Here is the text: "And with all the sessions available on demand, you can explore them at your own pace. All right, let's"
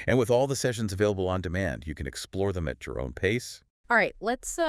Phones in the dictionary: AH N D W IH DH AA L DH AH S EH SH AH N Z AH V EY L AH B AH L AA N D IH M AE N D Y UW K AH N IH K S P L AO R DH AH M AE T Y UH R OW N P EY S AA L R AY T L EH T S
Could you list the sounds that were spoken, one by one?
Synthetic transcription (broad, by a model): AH N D W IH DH AA L DH AH S EH SH AH N Z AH V EY L AH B L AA N D IH M AE N D Y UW K AH N IH K S P L AO R DH AH M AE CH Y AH R OW N P EY S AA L R AY T L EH T S